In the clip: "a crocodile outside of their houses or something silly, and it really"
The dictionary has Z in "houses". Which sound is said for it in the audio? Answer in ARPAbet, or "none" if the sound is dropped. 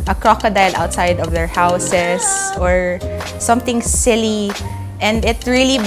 S